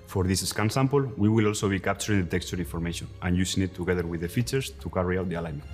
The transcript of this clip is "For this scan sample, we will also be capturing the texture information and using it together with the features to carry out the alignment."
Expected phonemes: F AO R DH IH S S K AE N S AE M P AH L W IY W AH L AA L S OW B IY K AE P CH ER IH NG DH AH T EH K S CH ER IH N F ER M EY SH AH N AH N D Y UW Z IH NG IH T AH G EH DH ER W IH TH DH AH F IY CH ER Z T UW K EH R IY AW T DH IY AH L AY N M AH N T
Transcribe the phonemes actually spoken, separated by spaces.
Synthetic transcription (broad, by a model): F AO R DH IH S S K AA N S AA M P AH L W IY W AH L AA L S OW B IY K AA P CH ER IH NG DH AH T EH K S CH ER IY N F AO M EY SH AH N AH N Y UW S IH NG IH T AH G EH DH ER W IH DH AH F IY CH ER S T UW K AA R IY AW T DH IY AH L AY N M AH N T